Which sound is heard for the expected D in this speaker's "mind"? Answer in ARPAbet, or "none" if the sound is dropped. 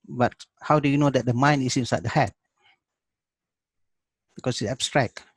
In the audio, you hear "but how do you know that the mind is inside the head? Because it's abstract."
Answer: none